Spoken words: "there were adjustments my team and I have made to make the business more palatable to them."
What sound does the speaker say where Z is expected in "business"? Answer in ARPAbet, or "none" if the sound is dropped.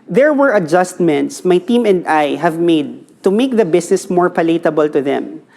S